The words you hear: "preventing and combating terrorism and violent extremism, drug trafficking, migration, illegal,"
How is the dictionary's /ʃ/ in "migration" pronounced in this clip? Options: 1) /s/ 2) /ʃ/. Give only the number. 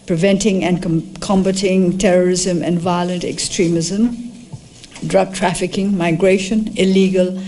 2